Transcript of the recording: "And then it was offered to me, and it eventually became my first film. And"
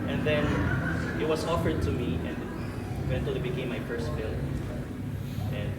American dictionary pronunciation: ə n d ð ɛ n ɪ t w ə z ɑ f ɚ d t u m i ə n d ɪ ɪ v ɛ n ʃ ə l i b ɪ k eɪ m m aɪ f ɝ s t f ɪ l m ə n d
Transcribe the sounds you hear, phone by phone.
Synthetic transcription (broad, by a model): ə n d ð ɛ n ɪ t w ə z ɑ f ɚ d t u m i ə n d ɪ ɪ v ɛ n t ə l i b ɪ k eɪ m m aɪ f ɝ s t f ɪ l ə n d